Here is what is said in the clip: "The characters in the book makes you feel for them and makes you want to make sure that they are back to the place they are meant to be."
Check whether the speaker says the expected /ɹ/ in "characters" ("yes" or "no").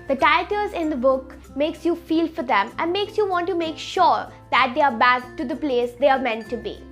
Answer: no